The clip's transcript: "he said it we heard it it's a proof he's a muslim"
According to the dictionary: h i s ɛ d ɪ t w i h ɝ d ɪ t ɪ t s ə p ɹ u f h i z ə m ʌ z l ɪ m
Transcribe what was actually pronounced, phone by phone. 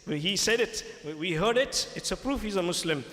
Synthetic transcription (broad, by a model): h i s ɛ d ɪ t w i h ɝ d ɪ t ɪ t s ə p ɹ u f h i z ə m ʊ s l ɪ m